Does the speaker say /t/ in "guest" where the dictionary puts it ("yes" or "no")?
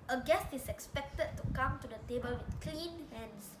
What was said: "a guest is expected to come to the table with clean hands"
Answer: yes